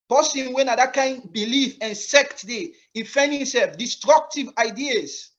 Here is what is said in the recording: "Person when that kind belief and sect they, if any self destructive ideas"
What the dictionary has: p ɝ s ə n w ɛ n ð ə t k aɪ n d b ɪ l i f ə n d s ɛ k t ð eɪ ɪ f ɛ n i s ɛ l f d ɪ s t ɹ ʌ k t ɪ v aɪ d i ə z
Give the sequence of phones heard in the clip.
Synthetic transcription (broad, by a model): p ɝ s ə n w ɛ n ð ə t k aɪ n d b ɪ l i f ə n s ɛ k t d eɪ ɪ f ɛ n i s ɛ l f d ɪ s t ɹ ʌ k t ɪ v aɪ d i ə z